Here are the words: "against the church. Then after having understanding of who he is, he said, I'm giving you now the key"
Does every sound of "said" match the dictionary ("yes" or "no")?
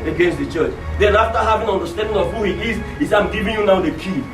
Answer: no